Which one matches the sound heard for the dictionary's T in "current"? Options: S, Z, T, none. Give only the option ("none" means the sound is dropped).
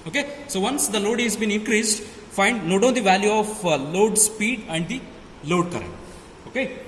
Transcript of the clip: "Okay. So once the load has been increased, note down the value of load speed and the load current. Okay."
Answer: none